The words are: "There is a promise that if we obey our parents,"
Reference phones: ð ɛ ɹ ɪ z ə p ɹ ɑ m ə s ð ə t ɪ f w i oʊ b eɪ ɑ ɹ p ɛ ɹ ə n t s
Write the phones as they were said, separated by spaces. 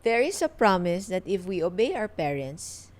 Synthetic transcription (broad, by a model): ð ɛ ɹ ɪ s ə p ɹ ɑ m ə s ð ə t ɪ f w i oʊ b eɪ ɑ w p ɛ ɹ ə n t s